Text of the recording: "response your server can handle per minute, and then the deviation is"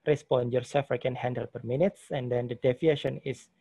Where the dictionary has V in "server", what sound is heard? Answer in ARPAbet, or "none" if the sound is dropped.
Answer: F